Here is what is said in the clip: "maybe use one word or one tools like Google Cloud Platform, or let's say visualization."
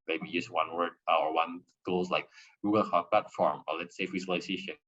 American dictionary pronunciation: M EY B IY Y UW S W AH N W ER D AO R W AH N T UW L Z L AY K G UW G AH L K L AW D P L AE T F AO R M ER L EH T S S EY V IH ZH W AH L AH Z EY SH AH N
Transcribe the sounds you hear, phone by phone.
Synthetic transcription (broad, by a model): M EY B IY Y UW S W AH N W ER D AO R W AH N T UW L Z L AY K G UW G AH L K AW P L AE T F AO R M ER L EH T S S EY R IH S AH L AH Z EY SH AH N